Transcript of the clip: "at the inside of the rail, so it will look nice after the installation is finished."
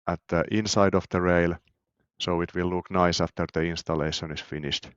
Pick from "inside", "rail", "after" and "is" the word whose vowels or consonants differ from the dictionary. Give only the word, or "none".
is